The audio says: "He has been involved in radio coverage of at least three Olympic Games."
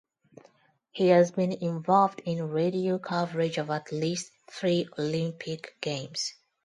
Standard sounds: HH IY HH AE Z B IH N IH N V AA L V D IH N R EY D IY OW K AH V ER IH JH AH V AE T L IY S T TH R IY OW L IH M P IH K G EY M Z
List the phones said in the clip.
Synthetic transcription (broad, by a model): HH IY HH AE Z B IH N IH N V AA L V D IH N R EY D IY OW K AH V ER IH JH AH V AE T L IY S T TH R IY OW L IH M P IH K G EY M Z